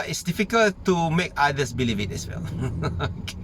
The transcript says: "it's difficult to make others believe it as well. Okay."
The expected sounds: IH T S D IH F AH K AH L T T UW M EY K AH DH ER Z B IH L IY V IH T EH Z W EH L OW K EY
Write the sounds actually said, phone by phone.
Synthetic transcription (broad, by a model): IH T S D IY F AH K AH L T T UW M EY K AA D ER S B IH L IY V IH T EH S W EH L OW K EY